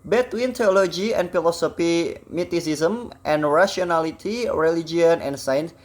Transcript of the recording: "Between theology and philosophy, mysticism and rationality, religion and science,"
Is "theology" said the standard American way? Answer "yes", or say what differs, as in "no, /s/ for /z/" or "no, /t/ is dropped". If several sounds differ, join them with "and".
no, /t/ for /θ/